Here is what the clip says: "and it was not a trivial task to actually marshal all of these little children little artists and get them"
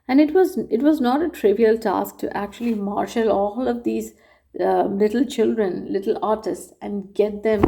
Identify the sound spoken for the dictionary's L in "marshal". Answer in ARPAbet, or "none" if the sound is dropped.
L